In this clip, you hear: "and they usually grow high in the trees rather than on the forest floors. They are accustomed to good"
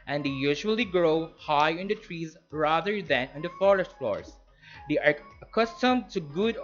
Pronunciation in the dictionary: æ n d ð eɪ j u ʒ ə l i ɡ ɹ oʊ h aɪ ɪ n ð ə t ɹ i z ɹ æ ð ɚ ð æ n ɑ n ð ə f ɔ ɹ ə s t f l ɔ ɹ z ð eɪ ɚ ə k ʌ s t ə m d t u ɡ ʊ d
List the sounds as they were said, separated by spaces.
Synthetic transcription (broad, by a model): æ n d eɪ j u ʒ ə l i ɡ ɹ oʊ h aɪ ɪ n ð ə t ɹ i z ɹ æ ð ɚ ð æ n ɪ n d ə f ɔ ɹ ə s t f l ɔ ɹ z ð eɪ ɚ ə k ʌ s t ə m d t u ɡ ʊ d